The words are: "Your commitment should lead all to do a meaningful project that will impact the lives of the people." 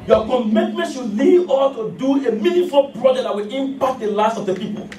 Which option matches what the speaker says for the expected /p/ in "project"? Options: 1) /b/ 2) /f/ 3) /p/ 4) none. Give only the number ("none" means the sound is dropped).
1